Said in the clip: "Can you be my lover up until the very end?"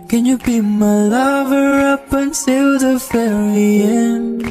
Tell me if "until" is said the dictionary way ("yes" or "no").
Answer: no